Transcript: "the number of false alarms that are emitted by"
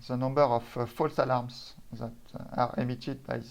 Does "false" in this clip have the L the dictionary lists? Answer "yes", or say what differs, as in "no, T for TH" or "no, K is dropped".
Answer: yes